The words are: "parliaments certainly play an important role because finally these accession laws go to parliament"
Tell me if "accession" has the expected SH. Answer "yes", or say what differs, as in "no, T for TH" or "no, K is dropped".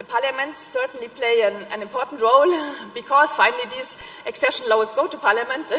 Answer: yes